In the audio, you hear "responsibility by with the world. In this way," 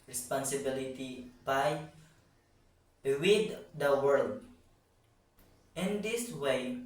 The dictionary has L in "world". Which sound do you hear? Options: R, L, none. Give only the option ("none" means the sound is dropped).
L